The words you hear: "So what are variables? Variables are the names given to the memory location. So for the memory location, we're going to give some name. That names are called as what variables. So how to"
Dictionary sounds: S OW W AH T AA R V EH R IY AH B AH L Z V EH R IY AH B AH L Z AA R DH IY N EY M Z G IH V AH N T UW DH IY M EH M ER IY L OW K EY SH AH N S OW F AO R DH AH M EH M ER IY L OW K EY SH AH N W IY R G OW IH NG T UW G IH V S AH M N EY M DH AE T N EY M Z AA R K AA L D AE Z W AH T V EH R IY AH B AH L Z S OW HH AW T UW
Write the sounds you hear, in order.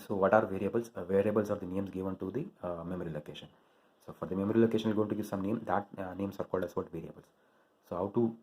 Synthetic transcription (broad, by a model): S OW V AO T AA R V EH R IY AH B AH L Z V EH R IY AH B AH L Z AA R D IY N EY M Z G IH V AH N T UW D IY M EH M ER IY L OW K EY SH AH N S OW F AO R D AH M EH M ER IY L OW K EY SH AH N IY L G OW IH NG T UW G IH V S AH M N EY M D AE T N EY M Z AA R K AA L D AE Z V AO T V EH R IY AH B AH L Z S OW HH AW T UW